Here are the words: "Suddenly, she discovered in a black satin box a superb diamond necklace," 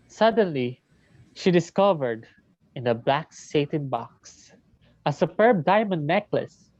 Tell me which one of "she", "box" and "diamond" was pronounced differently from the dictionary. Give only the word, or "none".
none